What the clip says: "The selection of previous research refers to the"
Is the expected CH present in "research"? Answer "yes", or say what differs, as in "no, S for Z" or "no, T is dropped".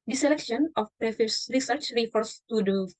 yes